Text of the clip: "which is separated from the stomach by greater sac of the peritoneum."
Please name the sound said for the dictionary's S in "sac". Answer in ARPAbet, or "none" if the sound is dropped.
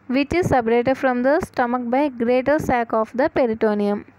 S